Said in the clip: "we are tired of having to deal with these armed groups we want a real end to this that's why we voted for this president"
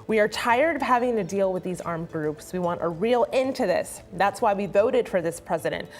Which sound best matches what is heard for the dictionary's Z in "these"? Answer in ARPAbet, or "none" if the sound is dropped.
Z